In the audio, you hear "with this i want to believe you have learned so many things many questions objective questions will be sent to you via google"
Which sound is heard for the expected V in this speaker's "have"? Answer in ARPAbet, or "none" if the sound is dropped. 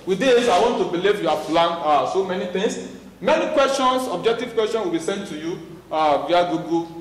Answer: P